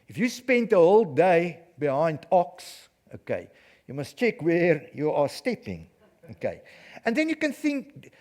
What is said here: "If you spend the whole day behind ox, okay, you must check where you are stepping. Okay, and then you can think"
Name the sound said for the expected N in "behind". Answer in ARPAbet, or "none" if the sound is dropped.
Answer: N